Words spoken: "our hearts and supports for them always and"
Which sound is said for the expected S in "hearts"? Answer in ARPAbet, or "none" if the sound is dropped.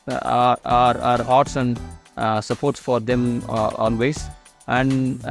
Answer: S